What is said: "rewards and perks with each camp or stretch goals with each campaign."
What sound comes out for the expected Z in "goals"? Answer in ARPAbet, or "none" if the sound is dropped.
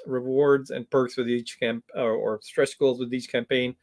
Z